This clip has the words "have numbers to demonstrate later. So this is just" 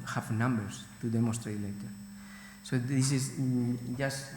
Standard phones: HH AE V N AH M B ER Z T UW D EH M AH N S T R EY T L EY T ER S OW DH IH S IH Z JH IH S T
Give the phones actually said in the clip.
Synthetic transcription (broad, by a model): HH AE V N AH M B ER S T UW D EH M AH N S T R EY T L EY T ER S OW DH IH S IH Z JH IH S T